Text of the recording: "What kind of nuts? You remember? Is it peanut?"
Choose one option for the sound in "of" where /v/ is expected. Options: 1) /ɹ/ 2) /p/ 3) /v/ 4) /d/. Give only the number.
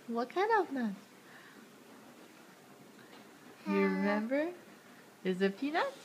3